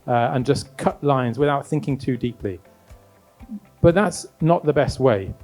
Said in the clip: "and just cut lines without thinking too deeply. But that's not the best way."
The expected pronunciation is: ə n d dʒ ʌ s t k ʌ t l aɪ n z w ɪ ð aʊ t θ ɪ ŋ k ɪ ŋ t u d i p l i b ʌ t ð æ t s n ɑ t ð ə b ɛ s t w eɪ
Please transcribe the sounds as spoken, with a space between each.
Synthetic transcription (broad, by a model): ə n dʒ ʌ s k ʌ t l aɪ n z w ɪ ð aʊ t θ ɪ ŋ k ɪ ŋ t u d i p l i b ʌ t ð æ t s n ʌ t ð ə b ɛ s t w eɪ